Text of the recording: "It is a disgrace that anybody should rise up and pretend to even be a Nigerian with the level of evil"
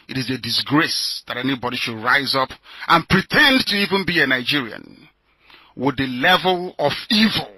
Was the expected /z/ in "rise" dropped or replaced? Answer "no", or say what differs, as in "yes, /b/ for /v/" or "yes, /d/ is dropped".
no